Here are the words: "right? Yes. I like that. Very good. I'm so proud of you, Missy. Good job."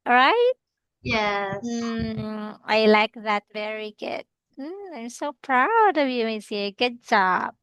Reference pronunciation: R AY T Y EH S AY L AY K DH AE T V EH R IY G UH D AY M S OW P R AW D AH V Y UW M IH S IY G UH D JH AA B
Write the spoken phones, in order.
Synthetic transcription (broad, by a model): R AY T Y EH AY L AY K DH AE T V EH R IY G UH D AY M S OW P R AW D AH V Y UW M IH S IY G UH D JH AA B